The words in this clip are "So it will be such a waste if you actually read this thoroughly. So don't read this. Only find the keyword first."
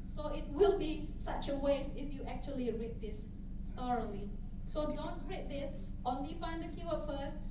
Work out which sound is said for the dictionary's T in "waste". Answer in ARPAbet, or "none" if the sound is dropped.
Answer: none